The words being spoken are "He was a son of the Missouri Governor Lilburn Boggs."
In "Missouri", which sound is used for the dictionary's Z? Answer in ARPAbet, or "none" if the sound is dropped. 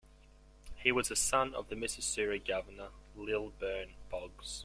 S